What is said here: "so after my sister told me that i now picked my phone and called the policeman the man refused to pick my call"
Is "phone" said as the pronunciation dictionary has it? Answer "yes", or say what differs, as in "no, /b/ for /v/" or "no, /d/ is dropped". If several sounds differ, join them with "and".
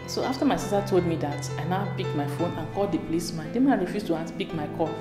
yes